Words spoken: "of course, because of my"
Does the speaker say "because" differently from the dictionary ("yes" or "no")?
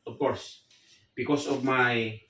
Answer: yes